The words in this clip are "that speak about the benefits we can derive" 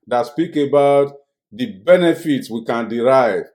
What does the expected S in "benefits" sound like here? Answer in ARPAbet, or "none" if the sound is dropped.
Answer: S